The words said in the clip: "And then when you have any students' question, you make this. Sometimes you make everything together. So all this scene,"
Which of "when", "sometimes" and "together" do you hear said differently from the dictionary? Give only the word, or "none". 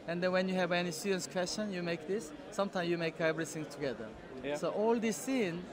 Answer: sometimes